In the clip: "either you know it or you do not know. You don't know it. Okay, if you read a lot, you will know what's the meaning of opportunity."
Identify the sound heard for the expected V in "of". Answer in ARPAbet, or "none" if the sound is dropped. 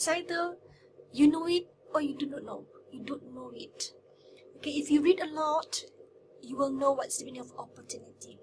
P